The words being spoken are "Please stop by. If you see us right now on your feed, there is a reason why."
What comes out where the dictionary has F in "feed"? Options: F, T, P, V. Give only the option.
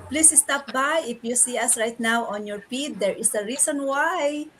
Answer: P